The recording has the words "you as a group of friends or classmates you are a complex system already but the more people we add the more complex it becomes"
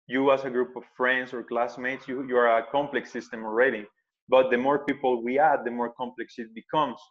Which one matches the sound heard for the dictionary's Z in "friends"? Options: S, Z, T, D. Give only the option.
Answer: S